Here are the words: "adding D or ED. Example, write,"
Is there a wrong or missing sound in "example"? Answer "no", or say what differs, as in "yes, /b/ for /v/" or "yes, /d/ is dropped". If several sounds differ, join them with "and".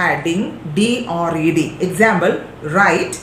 yes, /b/ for /p/